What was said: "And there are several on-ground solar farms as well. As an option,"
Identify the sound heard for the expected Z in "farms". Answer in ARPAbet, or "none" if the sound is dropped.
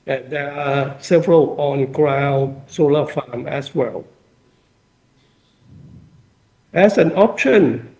none